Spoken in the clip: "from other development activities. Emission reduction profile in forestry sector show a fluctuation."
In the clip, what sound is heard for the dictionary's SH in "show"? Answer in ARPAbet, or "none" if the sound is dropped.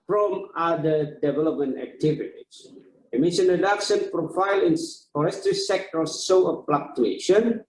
S